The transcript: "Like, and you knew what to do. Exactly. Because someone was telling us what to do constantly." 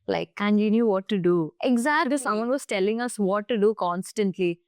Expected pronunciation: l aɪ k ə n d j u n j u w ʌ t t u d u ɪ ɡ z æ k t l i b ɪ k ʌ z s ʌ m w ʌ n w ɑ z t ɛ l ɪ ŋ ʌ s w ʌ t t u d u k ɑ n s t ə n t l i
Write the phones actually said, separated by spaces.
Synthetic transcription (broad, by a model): l aɪ k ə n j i n j u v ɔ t t u d u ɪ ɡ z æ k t i s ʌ m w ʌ n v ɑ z t ɛ l ɪ ŋ ʌ s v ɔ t t u d u k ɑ n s t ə n t l i